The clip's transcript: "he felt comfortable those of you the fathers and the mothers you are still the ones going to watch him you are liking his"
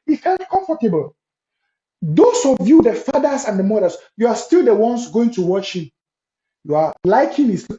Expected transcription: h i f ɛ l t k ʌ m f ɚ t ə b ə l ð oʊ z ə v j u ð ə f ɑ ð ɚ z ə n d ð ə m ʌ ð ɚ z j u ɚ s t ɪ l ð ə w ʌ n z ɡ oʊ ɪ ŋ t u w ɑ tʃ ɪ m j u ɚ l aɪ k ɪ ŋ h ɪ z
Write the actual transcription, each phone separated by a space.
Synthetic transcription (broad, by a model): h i f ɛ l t k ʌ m f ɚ t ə b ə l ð oʊ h ə v j u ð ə f ɑ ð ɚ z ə n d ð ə m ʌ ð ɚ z j u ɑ s t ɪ l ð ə w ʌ n s ɡ oʊ ɪ ŋ t u w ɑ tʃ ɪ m j u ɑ l aɪ k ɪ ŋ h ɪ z